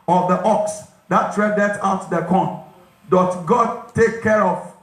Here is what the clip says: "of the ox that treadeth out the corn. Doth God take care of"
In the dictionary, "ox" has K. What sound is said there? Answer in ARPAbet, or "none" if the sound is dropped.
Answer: K